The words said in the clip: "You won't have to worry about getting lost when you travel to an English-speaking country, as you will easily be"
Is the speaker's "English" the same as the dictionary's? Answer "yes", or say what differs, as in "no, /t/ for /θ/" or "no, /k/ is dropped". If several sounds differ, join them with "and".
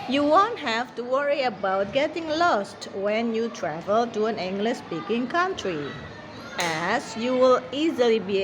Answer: no, /s/ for /ʃ/